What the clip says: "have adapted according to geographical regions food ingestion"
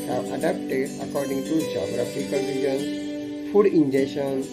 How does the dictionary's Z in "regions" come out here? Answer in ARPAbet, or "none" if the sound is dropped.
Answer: none